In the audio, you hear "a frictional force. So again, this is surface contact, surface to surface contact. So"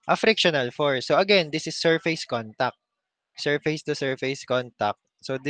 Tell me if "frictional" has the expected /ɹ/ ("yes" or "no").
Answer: yes